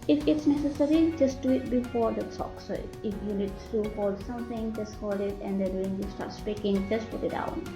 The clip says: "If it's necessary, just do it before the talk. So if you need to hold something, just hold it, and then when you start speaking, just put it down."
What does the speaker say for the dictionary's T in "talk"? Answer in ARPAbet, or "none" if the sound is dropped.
S